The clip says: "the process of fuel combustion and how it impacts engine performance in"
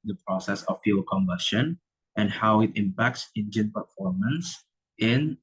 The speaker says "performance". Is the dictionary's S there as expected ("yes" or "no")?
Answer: yes